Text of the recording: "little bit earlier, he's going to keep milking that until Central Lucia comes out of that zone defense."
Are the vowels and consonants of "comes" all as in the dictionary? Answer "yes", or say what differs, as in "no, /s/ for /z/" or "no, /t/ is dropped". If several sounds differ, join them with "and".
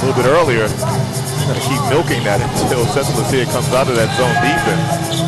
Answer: yes